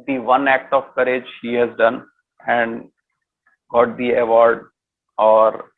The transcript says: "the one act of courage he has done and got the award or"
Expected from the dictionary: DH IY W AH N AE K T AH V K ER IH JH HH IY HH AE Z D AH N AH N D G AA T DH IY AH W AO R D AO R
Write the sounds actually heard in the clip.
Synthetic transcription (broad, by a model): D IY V AH N AE K T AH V K ER IH JH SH IY HH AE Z D AH N AH N D G AA T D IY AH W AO R D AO R